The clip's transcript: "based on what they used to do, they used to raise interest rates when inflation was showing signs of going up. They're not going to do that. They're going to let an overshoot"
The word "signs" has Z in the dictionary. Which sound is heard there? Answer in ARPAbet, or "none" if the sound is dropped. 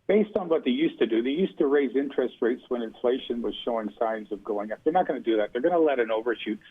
Z